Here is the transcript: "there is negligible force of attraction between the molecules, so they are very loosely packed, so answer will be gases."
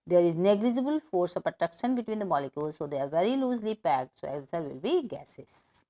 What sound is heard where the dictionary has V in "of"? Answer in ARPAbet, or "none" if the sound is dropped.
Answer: P